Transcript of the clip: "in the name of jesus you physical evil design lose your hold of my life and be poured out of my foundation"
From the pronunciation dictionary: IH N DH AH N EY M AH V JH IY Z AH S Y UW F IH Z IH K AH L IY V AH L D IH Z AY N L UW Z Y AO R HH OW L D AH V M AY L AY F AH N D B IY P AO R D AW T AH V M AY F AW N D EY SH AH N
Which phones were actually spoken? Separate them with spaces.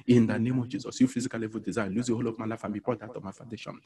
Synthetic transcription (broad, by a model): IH N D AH N EY M AH V JH IY Z AH S Y UW F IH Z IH K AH L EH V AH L D IH Z AY N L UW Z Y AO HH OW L AH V M AY L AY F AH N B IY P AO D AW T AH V M AY F AW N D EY SH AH N